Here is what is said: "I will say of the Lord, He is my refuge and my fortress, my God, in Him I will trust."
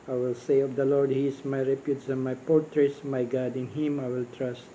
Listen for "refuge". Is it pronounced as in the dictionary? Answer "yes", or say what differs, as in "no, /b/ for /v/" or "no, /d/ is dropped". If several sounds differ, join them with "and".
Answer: no, /p/ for /f/